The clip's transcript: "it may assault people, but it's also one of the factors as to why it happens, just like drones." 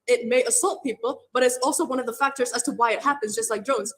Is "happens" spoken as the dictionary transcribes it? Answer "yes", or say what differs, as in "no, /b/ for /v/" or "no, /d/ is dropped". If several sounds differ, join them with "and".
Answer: yes